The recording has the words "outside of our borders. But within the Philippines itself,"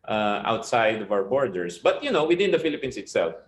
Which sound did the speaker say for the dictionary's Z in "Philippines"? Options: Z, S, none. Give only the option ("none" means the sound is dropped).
S